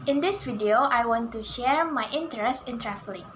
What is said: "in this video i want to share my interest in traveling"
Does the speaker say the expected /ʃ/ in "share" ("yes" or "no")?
yes